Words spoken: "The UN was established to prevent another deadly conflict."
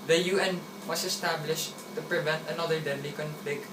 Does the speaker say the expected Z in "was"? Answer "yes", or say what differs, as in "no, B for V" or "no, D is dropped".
no, S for Z